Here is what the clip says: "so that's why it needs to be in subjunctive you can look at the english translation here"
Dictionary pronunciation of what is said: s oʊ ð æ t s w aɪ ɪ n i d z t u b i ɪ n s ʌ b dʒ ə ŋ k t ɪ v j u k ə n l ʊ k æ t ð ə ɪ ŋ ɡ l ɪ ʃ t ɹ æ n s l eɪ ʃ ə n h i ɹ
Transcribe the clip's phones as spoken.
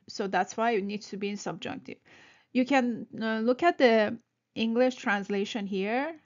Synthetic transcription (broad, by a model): s oʊ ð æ t s w aɪ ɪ n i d t u b i ɪ n s ʌ b dʒ ə ŋ k t ɪ v j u k ə n l ʊ k æ t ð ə ɪ ŋ ɡ l ɪ ʃ t ɹ æ n s l eɪ ʃ ə n h i ɹ